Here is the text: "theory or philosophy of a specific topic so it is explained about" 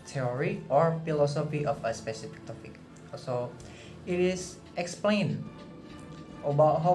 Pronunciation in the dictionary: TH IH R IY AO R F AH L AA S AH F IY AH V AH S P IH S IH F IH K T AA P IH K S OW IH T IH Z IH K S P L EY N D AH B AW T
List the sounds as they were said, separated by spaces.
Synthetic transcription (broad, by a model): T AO R IY AO R F AH L AA S AH F IY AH F AH S P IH S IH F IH K T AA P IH K S OW IH T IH S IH K S P L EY N AH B AW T